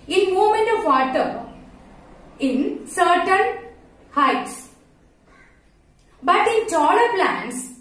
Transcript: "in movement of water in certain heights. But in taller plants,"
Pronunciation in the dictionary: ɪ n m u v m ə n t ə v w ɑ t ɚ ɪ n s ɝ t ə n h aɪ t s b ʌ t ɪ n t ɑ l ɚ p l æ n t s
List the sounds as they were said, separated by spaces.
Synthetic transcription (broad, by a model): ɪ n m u m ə n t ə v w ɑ t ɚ ɪ n s ɝ t ə n h aɪ t s b ʌ t ɪ n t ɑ l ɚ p l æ n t s